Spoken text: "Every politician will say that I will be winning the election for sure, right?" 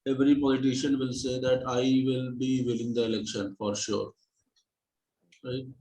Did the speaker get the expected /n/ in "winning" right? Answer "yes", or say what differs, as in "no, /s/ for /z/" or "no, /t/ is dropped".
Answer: no, /l/ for /n/